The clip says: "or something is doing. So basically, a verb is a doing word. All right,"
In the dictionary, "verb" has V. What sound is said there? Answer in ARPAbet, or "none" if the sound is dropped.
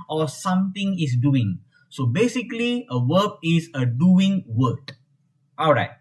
W